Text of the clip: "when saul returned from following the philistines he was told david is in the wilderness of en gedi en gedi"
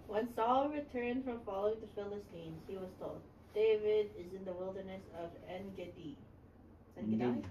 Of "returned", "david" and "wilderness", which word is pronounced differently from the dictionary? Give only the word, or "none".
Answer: none